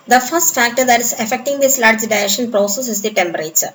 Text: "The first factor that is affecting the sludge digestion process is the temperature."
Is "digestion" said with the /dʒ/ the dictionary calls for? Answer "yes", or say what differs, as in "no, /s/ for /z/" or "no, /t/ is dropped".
no, /dʒ/ is dropped